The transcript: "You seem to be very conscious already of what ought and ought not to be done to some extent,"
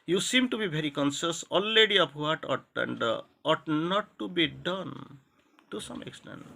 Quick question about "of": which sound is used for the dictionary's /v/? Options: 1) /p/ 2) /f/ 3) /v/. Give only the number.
1